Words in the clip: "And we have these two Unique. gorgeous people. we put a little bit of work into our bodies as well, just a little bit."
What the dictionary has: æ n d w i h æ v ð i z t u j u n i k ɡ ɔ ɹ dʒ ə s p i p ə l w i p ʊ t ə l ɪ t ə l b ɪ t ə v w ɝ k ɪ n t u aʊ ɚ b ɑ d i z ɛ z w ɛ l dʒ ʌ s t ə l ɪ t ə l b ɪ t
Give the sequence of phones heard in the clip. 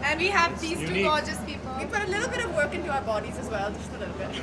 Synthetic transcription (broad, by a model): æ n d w i h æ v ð i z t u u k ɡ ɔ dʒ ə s p i p ə l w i p ʊ t ə l ɪ t l b ɪ t ə v w ɝ k ɪ n t u aʊ ɚ b ɑ d i z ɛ z w ɛ l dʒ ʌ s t ə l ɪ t l b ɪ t